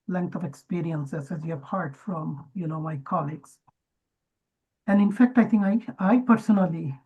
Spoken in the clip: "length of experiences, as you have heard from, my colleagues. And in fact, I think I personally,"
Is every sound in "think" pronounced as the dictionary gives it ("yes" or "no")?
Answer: no